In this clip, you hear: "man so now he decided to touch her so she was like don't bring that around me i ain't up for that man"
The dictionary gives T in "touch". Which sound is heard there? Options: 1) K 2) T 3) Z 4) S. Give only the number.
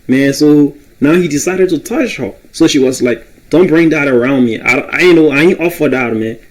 2